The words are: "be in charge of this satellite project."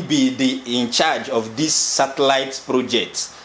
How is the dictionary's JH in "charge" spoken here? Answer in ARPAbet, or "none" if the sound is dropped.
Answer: JH